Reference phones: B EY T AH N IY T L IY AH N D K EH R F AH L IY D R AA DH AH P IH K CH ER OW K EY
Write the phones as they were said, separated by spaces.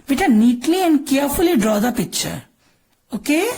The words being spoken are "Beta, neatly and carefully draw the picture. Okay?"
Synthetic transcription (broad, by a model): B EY T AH N IY T L IY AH N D K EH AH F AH L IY D R AA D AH P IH CH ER OW K EY